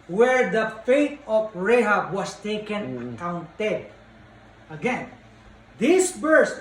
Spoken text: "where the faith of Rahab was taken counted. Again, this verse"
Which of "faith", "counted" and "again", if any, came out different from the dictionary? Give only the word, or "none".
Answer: faith